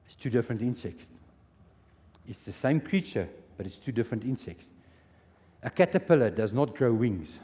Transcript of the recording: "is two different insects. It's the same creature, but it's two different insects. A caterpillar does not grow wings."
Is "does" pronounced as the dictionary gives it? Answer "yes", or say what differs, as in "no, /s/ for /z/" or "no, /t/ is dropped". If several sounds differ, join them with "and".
yes